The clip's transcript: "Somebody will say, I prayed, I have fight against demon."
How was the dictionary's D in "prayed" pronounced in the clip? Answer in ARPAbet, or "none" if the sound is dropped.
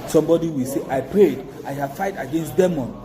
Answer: D